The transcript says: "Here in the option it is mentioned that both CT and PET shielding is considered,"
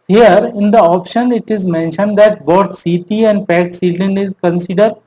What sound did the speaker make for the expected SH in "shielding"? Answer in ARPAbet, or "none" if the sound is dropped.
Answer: S